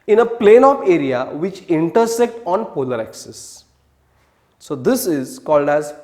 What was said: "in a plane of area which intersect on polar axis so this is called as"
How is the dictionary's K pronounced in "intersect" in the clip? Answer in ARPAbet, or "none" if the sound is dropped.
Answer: K